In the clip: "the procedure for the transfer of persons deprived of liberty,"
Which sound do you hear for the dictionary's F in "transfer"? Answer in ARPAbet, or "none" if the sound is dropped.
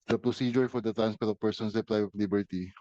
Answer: P